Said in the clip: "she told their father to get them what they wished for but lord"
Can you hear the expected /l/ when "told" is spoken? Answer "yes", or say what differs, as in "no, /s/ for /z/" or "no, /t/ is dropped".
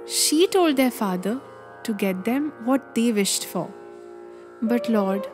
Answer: yes